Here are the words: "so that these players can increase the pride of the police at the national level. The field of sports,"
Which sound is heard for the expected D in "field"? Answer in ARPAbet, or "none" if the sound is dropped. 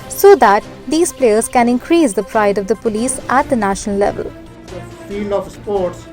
none